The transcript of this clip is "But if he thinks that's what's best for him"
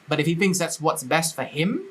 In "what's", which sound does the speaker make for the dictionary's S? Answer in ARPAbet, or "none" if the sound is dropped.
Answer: S